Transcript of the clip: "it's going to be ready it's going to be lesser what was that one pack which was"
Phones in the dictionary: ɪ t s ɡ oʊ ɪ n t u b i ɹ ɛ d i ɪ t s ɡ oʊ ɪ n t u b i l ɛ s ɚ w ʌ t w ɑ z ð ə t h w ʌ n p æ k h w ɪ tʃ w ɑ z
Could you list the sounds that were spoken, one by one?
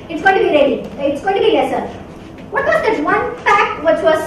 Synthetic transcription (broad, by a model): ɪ t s ɡ oʊ ɪ n t u b i ɹ ɛ d i ɪ t s ɡ oʊ ɪ n t u b i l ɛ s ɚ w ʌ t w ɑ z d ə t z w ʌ n f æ k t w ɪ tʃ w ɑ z